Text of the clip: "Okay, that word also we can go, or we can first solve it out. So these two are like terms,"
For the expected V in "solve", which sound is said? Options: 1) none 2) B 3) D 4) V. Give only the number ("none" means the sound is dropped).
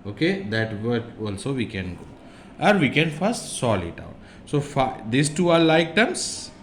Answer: 1